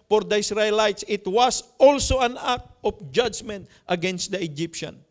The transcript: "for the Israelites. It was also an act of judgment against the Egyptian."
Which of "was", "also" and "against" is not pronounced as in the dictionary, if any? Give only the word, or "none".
was